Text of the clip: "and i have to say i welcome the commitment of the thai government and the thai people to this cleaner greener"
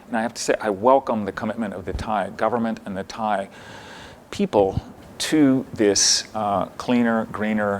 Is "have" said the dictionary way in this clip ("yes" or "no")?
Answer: no